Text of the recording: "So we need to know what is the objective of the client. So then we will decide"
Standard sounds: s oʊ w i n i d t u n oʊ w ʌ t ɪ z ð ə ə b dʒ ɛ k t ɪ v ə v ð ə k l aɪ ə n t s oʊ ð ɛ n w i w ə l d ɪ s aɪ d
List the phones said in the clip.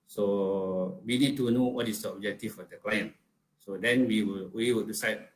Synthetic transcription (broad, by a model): s oʊ w i n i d t u n oʊ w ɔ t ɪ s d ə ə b dʒ ɛ k t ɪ f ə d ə k l aɪ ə n s oʊ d ɛ n w i w ə l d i s aɪ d